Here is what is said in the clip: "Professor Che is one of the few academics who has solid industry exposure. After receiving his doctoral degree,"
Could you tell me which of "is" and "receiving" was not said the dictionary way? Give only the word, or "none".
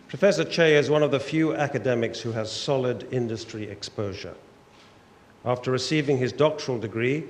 none